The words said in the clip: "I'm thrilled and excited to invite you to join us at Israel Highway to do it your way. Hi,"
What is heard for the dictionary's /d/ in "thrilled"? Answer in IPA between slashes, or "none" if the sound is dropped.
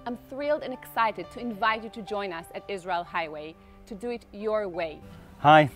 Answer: /d/